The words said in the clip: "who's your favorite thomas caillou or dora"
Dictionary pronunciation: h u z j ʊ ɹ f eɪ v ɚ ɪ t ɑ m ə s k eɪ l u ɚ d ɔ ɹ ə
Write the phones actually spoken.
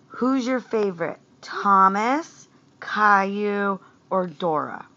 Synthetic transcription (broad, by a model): h u z j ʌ ɹ f eɪ v ɚ ɪ t ɑ m ə s k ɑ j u ɚ d ɔ ɹ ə